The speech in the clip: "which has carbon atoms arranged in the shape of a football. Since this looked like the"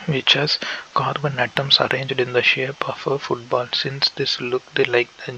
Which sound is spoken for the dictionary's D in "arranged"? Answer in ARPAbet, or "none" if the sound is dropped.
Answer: D